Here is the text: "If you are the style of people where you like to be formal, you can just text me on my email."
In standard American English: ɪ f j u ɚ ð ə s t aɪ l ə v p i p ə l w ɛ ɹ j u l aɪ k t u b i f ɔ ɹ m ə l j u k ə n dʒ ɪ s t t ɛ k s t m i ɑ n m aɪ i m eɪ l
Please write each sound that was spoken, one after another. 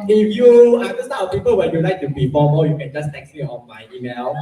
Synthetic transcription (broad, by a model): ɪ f j u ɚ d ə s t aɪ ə w p i p ə l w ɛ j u l aɪ k t u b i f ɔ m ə j u k ə n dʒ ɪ s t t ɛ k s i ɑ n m aɪ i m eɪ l